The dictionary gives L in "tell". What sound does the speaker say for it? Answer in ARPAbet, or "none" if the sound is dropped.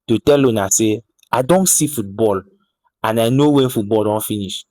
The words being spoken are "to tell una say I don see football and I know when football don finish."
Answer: L